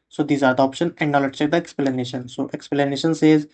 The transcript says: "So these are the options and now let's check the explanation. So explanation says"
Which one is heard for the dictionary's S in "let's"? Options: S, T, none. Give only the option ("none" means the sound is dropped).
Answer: none